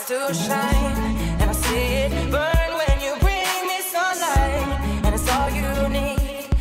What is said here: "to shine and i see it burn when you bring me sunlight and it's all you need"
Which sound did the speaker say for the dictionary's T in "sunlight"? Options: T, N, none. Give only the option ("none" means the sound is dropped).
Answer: none